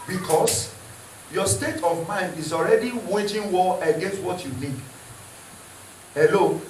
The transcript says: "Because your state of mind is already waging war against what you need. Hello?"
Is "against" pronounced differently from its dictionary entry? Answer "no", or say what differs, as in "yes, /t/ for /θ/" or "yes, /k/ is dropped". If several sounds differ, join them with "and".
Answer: no